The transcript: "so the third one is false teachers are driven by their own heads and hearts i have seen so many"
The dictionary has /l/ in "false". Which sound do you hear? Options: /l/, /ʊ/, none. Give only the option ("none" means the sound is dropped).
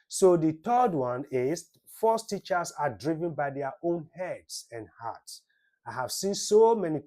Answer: none